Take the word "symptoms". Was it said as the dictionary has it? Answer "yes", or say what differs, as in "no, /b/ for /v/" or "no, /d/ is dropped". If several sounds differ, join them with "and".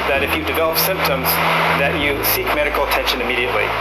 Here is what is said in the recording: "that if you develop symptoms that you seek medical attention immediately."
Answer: yes